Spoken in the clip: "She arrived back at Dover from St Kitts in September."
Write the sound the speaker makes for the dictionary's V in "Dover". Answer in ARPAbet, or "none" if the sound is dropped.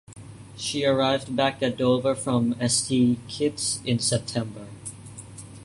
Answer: V